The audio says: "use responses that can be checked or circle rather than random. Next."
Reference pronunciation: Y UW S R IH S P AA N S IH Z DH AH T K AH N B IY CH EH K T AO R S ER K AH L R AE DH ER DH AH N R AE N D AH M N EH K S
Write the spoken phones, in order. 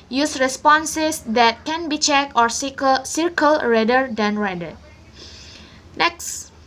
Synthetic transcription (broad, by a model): Y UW S R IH S P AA N S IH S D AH T K AH N B IY CH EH K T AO R S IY K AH L R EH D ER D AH N R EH D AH N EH K S